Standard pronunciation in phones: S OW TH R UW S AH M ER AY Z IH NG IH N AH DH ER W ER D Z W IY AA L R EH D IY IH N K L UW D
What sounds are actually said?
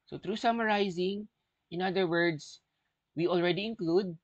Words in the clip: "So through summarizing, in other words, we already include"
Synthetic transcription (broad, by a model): S OW T R UW S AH M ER AY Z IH NG IH N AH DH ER W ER D S W IY AA L R EH D IY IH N K L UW D